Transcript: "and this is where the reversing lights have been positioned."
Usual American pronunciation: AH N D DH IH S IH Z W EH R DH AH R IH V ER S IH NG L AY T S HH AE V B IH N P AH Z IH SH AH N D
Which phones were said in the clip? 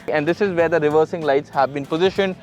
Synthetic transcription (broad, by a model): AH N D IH S IH Z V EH R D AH R IH V ER S IH NG L AY T S HH AE V B IH N P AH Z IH SH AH N D